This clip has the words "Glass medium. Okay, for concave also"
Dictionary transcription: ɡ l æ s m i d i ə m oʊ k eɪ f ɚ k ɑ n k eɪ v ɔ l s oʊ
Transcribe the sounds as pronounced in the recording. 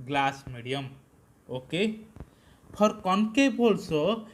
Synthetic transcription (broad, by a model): ɡ l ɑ s m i d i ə m oʊ k eɪ p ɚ k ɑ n k eɪ b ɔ l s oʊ